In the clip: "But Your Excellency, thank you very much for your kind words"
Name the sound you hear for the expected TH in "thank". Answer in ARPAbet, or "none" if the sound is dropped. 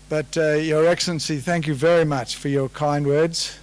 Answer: TH